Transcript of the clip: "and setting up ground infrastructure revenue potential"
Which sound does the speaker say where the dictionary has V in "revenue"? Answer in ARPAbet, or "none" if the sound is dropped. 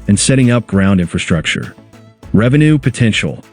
V